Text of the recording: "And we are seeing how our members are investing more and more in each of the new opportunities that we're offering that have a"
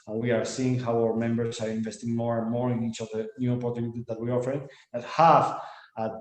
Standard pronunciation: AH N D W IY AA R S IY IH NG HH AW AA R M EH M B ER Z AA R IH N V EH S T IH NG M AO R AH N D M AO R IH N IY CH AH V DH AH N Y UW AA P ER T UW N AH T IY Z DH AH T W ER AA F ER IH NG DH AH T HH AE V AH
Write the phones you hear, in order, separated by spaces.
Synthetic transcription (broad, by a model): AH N W IY AA R S IY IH NG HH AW AA W M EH M B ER S AA R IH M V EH S T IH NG M AO R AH N M AO R IH N IY CH AH V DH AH N Y UW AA P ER T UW N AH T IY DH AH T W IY AA F ER IH NG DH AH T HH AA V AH